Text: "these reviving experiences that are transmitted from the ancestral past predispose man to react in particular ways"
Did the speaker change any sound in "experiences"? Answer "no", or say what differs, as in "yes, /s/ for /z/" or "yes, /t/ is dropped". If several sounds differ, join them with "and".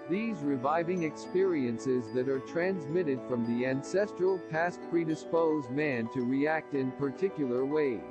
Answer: no